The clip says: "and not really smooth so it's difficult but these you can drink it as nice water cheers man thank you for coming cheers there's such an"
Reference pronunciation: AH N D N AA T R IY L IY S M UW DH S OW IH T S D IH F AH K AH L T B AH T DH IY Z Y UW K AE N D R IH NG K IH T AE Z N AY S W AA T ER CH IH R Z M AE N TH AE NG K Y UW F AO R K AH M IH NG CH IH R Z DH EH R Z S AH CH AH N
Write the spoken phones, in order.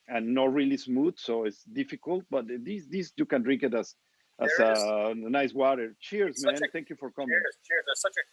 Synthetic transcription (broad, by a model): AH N N AA T R IY L IY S M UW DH S OW IH T S D IH F AH K AH L T B AH T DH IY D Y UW K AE N D R IH NG K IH T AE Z N AY S W AA T ER CH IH R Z M AE N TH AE NG K Y UW F AO R K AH M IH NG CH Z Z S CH